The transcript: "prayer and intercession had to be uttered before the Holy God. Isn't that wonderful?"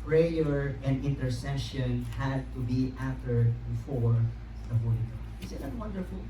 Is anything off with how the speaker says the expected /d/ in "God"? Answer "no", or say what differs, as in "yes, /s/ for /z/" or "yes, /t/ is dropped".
yes, /d/ is dropped